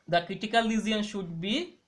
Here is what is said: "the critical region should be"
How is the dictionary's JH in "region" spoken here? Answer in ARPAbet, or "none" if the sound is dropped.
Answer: none